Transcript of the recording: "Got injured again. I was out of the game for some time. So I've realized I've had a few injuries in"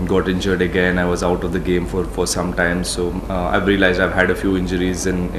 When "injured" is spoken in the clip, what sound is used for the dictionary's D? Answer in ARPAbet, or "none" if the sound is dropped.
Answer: D